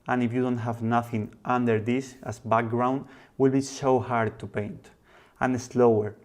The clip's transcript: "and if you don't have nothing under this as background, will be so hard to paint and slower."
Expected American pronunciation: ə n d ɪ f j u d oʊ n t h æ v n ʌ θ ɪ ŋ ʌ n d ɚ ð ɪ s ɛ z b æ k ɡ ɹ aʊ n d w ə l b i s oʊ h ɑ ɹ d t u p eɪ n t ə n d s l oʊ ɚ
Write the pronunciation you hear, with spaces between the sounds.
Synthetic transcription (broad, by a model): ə n ɪ f j u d oʊ n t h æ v n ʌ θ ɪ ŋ ʌ n d ɚ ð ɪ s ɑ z b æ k ɡ ɹ aʊ n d w ə l b i s oʊ h ɑ ɹ d t u p eɪ n t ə n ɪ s l oʊ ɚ